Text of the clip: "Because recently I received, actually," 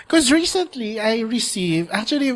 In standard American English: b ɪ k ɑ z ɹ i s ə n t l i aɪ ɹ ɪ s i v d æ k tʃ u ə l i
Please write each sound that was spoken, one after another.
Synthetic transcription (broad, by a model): k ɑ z ɹ i s ə n t l i aɪ ɹ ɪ s i v æ k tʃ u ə l i